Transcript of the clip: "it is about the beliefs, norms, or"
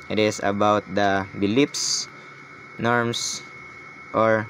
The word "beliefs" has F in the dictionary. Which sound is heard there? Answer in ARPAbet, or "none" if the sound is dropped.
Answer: P